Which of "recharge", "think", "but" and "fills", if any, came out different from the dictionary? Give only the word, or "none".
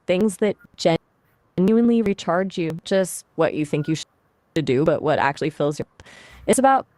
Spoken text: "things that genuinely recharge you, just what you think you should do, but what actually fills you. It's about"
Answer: none